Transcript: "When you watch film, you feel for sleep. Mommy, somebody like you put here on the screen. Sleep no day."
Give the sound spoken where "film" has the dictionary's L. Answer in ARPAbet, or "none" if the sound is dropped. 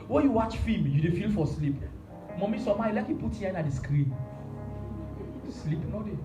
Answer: none